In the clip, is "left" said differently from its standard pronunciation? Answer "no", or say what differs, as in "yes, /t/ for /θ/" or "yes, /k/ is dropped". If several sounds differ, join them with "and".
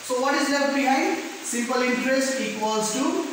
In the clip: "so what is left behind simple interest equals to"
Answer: yes, /f/ is dropped